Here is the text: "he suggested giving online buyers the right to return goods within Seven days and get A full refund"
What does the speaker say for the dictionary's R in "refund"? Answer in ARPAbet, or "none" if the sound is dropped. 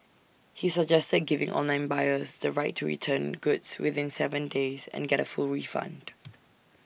R